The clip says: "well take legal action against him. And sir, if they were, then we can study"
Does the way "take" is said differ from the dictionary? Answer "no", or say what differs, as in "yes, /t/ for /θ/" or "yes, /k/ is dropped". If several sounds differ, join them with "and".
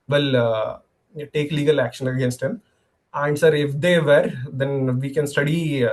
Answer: no